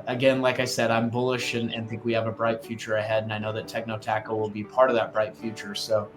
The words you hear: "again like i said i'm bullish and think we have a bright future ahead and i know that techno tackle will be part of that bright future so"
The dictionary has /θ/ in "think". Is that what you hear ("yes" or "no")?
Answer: yes